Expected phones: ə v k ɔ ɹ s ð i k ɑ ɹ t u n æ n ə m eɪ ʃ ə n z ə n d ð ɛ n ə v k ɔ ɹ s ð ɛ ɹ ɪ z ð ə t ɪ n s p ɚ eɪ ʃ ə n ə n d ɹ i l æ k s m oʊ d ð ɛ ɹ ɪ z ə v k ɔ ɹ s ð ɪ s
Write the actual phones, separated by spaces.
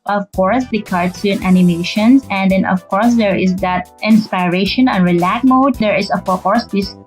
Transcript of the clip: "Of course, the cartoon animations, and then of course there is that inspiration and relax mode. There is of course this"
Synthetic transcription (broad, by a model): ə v k ɔ ɹ s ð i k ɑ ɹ s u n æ n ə m eɪ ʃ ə n s ə n d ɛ n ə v k ɔ ɹ s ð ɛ ɹ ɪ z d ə t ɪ n s p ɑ eɪ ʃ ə n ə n ɹ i l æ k m oʊ d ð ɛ ɹ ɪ s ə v k ɔ ɹ s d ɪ s